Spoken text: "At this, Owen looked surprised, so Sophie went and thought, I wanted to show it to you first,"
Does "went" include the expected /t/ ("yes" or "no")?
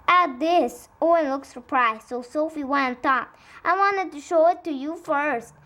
no